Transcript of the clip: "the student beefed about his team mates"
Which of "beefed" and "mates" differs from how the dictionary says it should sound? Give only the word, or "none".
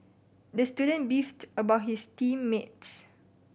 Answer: none